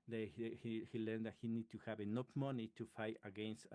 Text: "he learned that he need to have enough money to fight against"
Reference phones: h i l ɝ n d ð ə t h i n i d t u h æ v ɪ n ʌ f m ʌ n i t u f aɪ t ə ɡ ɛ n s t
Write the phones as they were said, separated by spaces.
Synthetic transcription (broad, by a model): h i l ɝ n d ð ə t h i n i d t u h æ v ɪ n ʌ p m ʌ n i t u f aɪ t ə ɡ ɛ n s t